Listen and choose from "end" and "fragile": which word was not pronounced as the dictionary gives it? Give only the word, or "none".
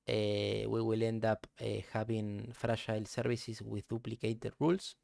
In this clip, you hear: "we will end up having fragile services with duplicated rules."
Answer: fragile